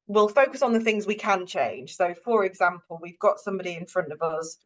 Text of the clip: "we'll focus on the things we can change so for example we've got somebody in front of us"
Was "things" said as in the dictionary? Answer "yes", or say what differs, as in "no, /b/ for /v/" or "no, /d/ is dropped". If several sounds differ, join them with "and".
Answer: yes